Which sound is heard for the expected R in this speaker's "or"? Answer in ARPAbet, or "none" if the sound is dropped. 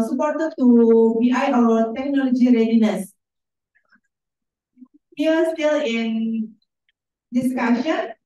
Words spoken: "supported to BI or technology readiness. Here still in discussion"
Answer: W